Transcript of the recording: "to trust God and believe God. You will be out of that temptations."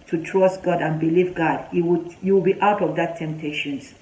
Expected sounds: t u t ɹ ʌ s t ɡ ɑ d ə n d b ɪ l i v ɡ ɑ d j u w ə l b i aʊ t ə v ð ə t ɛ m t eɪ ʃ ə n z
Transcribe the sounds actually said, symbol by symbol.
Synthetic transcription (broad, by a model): t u t ɹ ʌ s t ɡ ɑ d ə n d b ɪ l i v ɡ ɑ d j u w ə w b i aʊ t ə v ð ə t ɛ m t eɪ ʃ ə n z